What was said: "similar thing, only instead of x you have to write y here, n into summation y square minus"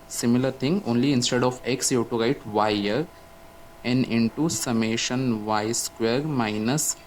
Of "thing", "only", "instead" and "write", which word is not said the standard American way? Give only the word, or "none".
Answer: thing